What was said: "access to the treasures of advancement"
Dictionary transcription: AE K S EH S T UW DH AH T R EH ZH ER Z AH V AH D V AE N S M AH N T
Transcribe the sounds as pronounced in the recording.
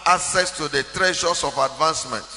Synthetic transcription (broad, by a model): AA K S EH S T UW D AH T R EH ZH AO S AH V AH D V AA N S M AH N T